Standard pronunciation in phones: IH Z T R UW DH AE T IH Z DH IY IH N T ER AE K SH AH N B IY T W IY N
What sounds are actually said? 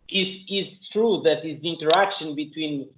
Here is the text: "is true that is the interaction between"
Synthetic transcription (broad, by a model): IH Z T R UW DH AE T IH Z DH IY IH N T ER AE K SH AH N B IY T W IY N